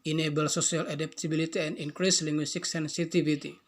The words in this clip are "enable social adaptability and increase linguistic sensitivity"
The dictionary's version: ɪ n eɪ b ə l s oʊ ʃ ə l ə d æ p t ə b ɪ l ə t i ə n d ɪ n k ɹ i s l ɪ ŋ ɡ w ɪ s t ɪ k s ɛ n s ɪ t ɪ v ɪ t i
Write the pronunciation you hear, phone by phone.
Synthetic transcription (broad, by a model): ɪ n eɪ b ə l s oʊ s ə l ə d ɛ p t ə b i l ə t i ə n d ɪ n k ɹ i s l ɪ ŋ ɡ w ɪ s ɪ k s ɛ n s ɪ t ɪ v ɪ t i